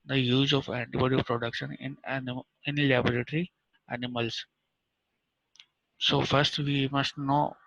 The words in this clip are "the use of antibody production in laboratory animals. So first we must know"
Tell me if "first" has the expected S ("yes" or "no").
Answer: yes